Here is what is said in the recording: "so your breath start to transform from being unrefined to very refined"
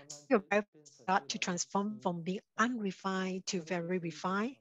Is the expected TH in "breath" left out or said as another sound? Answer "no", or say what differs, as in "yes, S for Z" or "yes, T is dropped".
yes, F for TH